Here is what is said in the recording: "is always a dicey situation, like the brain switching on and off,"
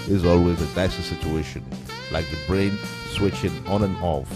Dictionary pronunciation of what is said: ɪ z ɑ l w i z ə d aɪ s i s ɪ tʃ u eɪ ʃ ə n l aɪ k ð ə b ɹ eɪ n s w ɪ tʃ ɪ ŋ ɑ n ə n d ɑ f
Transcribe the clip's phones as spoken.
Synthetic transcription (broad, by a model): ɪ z ɑ l w i z ə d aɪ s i s ɪ tʃ u eɪ ʃ ə n l aɪ k ð ə b ɹ eɪ n s w ɪ tʃ ɪ ŋ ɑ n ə n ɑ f